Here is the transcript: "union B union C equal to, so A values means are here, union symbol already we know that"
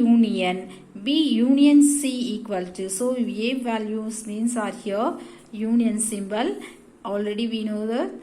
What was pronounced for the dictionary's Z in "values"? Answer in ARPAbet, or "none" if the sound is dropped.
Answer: S